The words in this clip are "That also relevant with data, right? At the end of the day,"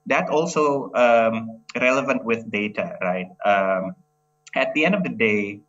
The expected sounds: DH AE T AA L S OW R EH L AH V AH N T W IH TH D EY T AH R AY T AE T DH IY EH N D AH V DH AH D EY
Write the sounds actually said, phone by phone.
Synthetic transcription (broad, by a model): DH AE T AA L S OW R EH L AH V AH N T W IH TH D EY T AH R AY T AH T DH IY EH N D AH V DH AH D EY